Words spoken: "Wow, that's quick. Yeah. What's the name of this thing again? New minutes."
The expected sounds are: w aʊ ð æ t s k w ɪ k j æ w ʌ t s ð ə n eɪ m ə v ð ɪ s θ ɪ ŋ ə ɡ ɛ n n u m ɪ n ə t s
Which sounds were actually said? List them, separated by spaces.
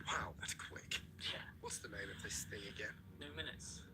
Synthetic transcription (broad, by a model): w aʊ ð æ t s k w ɪ k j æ w ʌ t s ð ə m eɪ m ə v ð ɪ s t ɪ ə ɡ ɛ n n u m ɪ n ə t s